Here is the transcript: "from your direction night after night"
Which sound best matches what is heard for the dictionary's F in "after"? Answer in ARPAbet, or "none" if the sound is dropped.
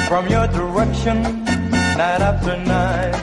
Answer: P